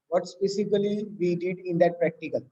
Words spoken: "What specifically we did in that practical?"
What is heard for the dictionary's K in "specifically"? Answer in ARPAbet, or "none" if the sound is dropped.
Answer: none